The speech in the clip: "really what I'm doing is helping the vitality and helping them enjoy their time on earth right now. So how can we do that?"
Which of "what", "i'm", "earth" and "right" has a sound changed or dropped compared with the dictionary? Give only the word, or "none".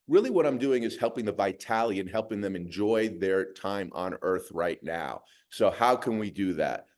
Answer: none